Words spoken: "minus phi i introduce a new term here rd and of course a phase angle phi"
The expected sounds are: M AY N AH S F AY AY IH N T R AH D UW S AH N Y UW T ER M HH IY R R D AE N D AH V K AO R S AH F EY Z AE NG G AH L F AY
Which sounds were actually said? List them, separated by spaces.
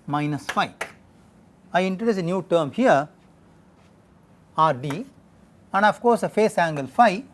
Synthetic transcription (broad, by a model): M AY N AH S F AY AY IH N T R AH D UW S AH N Y UW T ER M HH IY R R D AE N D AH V K AO R S AH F EY S AE NG G AH L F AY